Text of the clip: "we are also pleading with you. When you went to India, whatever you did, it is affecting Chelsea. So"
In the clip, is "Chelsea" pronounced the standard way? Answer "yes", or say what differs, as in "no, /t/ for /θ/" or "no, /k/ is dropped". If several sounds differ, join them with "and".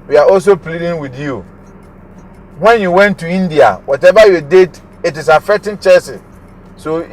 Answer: no, /l/ is dropped